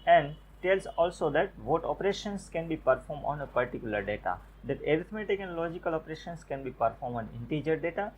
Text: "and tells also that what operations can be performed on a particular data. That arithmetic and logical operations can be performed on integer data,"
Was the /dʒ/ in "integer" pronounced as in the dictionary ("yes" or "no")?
yes